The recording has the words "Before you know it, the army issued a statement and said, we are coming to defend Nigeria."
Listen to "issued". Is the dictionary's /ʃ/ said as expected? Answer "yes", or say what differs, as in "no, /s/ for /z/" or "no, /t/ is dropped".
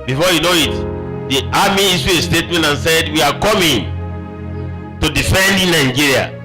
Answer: no, /s/ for /ʃ/